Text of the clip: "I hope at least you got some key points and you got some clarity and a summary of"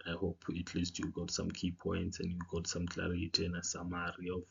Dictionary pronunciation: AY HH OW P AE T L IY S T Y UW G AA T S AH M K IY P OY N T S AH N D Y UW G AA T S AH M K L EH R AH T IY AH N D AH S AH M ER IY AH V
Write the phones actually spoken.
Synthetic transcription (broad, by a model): AY HH OW P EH T L IY S T Y UW G AA T S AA M K IY P OY N T S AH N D Y UW G AA T S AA M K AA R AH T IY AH N AH S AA M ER IY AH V